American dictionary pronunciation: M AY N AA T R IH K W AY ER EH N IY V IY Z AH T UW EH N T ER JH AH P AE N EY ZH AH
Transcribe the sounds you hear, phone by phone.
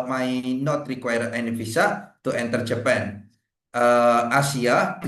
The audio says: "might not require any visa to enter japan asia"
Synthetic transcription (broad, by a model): M AY N AA T R IH K W AY ER EH N IY F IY S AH T UW EH N T ER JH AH P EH N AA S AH